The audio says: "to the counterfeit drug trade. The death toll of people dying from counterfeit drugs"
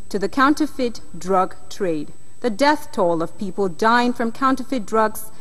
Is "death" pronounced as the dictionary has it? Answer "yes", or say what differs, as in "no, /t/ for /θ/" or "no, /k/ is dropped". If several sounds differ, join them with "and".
yes